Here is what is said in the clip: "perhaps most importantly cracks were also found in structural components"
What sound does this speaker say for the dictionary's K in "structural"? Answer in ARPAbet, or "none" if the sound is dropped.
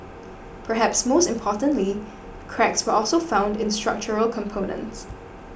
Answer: K